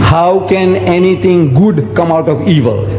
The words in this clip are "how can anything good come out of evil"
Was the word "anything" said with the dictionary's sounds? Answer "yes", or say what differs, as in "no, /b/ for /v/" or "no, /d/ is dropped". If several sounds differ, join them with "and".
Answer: no, /t/ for /θ/